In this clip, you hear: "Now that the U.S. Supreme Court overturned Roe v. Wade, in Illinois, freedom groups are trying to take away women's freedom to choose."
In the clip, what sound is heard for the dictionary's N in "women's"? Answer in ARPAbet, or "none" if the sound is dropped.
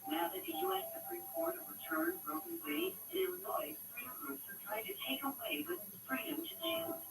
none